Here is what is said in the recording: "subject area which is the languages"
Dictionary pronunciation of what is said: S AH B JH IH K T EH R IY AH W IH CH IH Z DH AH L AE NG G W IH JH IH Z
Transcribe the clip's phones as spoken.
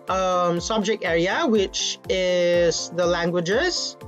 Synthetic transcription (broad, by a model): S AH B JH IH K T EH R IY AH W IH CH IH Z DH AH L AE NG G W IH JH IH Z